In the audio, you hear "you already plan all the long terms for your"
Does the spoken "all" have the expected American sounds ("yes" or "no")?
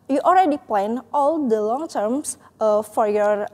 yes